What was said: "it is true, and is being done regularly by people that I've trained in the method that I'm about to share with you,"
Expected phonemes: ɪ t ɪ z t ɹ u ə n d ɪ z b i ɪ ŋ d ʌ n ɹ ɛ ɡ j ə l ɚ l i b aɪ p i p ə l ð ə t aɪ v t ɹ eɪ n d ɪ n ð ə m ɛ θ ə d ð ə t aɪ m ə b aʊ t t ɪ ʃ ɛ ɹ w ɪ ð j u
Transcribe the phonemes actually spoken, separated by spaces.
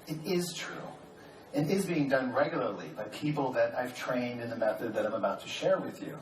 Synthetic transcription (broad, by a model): ɪ t ɪ z t ɹ u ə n ɪ z b i ɪ ŋ d ʌ n ɹ ɛ ɡ j l ɚ l i b aɪ p i p l ð ə t aɪ v t ɹ eɪ n d ɪ n ð ə m ɛ θ ə d ð ə t aɪ m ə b aʊ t t ɪ ʃ ɛ ɹ w ɪ ð j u